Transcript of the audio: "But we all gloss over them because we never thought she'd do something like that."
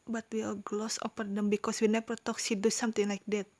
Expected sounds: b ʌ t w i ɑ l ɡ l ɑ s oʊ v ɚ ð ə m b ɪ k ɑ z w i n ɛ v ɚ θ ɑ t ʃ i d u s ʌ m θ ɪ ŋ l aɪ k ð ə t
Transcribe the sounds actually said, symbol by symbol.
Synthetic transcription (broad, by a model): b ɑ t w i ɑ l ɡ l ɑ s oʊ p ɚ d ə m b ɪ k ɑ s w i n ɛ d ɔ t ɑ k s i d u s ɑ m t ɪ ŋ l aɪ k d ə t